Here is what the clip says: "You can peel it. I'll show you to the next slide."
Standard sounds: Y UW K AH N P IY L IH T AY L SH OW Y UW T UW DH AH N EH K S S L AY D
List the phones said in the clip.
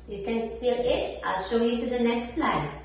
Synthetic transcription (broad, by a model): Y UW K AH N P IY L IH T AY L SH OW Y UW T UW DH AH N EH K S S L AY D